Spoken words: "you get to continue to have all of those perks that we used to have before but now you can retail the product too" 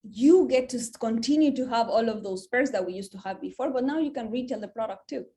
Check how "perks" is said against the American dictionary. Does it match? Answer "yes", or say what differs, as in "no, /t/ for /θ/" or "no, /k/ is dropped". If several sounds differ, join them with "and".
no, /k/ is dropped